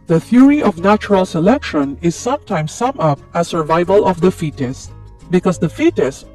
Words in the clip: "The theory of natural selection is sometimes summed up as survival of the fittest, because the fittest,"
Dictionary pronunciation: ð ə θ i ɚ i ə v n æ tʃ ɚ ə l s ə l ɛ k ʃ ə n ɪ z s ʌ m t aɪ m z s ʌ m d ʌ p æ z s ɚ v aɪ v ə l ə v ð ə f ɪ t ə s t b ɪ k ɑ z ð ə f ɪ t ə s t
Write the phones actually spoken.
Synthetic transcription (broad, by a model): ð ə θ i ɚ i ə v n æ tʃ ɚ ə l s ə l ɛ k ʃ ə n ɪ z s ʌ m t aɪ m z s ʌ m ʌ p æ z s ɚ v aɪ v ə l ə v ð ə f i t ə s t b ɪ k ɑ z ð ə f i t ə s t